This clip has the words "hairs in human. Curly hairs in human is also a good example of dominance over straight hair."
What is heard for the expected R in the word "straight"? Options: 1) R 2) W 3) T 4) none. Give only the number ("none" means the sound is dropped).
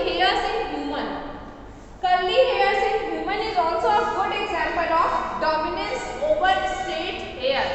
4